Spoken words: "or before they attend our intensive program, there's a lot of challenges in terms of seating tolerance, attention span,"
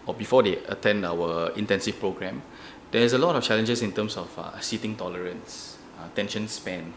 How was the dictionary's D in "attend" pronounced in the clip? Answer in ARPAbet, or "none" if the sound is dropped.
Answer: D